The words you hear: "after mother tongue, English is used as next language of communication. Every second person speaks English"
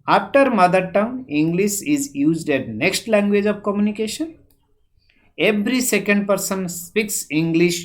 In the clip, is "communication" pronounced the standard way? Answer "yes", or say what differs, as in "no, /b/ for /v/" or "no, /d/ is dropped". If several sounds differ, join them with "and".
yes